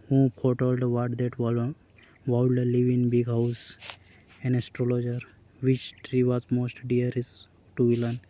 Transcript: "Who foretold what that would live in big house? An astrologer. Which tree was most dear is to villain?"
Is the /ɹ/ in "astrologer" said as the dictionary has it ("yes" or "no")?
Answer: yes